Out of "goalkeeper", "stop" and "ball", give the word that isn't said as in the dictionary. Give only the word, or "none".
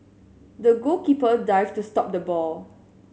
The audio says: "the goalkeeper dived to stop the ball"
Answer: goalkeeper